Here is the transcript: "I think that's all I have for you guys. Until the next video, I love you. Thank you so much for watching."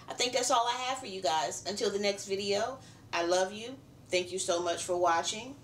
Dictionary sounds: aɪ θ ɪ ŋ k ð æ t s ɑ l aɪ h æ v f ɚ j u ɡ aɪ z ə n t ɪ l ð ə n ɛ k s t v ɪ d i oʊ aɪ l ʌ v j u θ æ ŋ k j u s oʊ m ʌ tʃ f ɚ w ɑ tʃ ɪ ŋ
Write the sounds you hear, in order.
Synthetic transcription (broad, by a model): aɪ θ ɪ ŋ k ð æ t s ɑ l aɪ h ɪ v f ɚ j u ɡ aɪ z ə n t ɪ l ð ə n ɛ k s t v ɪ d i oʊ aɪ l ʌ v j u θ æ ŋ k j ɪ s oʊ m ʌ tʃ f ɚ w ɑ tʃ ɪ ŋ